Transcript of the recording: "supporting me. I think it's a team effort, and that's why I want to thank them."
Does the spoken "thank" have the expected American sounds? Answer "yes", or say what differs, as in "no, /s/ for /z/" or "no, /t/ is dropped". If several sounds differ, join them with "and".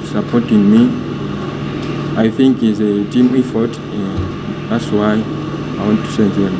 no, /s/ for /θ/